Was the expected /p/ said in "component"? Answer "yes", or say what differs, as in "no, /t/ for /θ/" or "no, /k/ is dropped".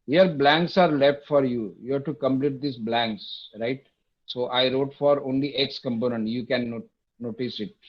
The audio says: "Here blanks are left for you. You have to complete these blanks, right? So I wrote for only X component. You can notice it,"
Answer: yes